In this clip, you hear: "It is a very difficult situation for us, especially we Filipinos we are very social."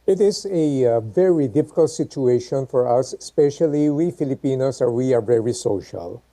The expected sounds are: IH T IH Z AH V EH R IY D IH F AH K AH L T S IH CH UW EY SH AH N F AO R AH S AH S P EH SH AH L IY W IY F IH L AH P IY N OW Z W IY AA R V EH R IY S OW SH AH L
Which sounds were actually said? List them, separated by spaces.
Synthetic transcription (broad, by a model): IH T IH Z AH V EH R IY D IH F AH K AH L T S IH CH UW EY SH AH N F AO R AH S AH S P EH SH AH L IY W IY F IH L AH P IY N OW S W IY AA R V EH R IY S OW SH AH L